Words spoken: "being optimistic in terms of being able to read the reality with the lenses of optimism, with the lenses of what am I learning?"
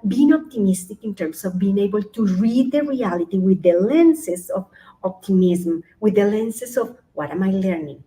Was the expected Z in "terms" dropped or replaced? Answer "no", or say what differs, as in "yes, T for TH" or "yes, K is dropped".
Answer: yes, S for Z